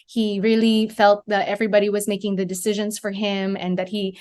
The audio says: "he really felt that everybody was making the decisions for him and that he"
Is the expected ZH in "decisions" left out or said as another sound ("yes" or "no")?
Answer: no